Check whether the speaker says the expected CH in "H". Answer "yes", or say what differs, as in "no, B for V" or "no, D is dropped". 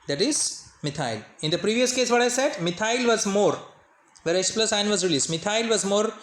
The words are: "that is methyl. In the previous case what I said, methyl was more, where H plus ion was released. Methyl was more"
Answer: no, S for CH